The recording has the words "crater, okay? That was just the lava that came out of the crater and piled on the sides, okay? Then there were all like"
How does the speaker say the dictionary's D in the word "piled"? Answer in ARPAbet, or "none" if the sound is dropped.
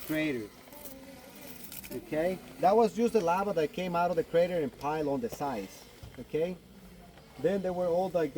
none